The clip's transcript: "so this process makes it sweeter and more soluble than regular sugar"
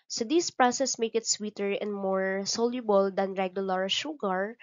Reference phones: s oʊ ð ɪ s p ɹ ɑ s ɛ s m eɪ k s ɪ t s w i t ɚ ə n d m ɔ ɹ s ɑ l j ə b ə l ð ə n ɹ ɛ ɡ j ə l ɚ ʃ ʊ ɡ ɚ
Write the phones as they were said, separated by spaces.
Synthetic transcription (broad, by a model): s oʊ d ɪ s p ɹ ɑ s ɛ s m eɪ k ɪ t s w i t ɚ ə n d m ɔ ɹ s ɑ l j ə b ə l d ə n ɹ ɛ ɡ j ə l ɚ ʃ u ɡ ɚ